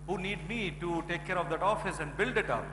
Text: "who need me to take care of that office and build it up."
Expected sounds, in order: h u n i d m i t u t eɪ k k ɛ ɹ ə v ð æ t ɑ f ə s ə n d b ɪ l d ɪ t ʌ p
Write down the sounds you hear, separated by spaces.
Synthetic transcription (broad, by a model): h u n i d m i t u t eɪ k k ɛ ɹ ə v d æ t ɑ f ə s ə n d b ɪ l d ɪ t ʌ p